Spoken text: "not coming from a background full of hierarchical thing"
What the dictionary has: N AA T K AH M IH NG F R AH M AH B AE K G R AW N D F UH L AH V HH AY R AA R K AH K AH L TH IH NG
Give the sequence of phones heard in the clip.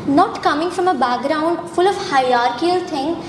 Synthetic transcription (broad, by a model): N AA T K AH M IH NG F R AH M AH B AE K G R AW N D F UH L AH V HH AY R AA R K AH AH L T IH NG